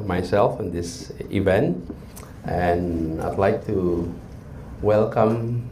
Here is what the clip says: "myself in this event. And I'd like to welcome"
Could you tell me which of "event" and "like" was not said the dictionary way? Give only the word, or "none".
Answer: none